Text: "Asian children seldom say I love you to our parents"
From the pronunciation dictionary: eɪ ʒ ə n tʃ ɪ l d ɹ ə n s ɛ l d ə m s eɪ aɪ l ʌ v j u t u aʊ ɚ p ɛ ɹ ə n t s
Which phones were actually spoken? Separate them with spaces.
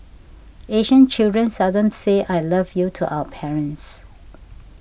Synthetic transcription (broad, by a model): eɪ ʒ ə n tʃ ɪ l d ɹ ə n s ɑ d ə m s eɪ aɪ l ʌ v j u t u aʊ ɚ p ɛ ɹ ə n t s